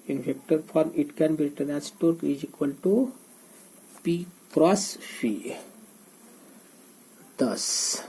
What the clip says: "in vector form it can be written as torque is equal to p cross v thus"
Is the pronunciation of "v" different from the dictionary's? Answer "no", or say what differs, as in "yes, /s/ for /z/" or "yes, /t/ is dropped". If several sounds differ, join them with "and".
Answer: yes, /f/ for /v/